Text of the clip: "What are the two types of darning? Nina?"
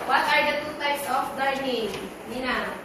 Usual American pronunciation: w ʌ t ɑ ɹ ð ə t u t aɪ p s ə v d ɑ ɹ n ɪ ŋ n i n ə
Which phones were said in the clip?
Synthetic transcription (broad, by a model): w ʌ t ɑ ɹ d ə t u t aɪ s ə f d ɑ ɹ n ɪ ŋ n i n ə